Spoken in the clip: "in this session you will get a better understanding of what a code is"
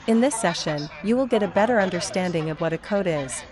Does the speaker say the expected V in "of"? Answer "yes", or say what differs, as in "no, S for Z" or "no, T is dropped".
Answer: yes